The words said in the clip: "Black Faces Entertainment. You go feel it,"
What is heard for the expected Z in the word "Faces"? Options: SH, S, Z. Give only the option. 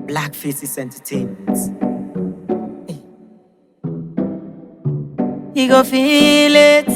S